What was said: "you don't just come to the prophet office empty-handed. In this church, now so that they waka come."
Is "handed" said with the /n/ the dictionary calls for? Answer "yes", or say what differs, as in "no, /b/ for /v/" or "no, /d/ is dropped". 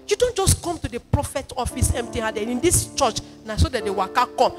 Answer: no, /n/ is dropped